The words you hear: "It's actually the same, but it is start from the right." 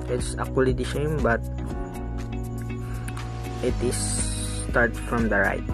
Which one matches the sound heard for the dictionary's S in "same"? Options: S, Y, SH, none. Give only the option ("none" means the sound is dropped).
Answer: SH